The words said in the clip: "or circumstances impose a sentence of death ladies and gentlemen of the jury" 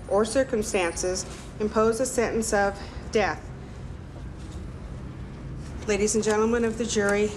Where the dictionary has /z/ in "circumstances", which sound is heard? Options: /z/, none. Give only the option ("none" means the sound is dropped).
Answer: /z/